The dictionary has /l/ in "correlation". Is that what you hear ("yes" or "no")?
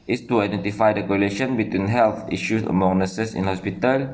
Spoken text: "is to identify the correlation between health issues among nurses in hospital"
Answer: yes